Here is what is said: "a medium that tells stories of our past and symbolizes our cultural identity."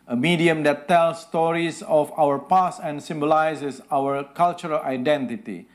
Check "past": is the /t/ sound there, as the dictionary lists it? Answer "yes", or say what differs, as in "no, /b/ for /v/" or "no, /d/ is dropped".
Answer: no, /t/ is dropped